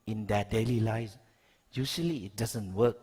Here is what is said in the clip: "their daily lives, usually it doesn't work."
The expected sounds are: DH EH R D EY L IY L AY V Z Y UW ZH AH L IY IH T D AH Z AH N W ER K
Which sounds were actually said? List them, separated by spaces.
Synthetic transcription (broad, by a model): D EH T D EY L IY L AY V Y UW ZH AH L IY IH T D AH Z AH N W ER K